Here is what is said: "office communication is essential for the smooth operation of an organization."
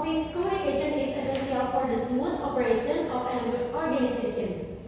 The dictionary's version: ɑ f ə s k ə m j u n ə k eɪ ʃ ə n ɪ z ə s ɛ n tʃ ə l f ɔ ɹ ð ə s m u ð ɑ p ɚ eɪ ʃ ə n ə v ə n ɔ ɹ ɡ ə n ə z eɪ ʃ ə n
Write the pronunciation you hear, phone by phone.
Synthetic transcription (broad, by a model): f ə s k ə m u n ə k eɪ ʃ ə n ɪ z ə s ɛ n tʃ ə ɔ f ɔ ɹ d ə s m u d ɑ p ɚ eɪ ʃ ə n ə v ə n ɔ ɹ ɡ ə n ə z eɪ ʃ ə n